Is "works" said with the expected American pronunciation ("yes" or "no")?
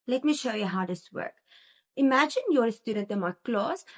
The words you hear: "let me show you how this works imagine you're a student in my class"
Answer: no